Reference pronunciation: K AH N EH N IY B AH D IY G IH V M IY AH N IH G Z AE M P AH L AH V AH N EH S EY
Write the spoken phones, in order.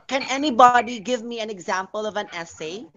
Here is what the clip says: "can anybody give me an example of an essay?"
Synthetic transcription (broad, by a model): K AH N EH N IY B AH D IY G IH V M IY AH N IH G Z AE M P AH L AH V AH N EH S EY